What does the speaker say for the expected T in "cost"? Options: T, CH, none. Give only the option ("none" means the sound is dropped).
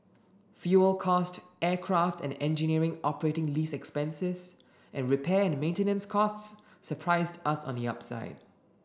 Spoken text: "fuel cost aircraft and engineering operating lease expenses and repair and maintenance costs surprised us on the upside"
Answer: T